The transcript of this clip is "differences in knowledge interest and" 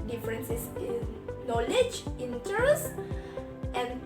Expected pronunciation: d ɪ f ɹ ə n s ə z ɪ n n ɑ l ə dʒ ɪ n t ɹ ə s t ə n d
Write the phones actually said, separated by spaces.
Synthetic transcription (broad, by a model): d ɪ f ɹ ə n s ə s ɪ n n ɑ l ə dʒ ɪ n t ə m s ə n